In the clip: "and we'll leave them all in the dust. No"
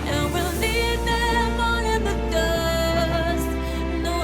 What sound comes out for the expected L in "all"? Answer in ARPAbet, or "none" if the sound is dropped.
N